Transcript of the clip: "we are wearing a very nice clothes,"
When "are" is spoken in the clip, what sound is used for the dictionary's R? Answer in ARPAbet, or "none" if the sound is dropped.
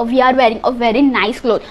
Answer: R